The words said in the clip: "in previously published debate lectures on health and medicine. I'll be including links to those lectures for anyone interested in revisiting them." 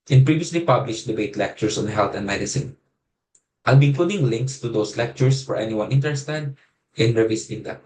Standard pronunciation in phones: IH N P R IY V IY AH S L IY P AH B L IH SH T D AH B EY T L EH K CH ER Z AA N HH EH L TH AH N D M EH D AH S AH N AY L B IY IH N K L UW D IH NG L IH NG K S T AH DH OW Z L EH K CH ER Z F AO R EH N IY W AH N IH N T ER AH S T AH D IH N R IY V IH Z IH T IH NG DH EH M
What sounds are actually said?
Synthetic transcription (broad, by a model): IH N P R IY V IY AH S L IY P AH B L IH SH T D AH B EY T L EH K CH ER S AA N HH EH L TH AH N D M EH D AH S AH N AY L B IY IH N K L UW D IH NG L IH NG K S T AH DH OW S L EH K CH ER S F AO R EH N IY W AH N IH N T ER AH S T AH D IH N R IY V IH S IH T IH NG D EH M